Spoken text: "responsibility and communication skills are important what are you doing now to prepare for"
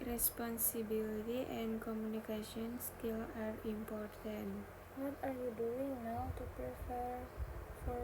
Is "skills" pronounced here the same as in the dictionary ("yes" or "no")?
no